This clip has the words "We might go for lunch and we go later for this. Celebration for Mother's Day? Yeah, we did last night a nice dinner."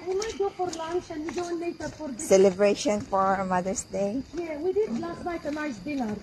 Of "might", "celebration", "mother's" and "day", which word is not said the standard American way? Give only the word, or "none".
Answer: mother's